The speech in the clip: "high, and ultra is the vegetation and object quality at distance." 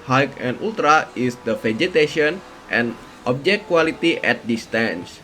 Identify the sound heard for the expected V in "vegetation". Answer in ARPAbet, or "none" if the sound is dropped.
F